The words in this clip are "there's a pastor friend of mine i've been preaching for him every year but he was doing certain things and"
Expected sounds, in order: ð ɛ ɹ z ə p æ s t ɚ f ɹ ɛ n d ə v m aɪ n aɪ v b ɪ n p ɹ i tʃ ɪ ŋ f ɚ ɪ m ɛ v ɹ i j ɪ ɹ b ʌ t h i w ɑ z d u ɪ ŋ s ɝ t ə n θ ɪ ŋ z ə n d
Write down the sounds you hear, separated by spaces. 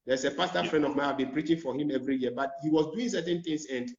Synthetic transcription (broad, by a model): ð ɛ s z ə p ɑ s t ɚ f ɹ ɛ n d ə v m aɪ aɪ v b ɪ n p ɹ i tʃ ɪ ŋ f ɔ ɪ m ɛ v ɹ i j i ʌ b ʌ t h i w ɑ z d u ɪ ŋ s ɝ t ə n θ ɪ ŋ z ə n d